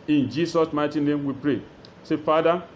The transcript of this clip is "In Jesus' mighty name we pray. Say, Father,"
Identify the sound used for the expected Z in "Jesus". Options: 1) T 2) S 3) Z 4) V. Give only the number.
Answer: 2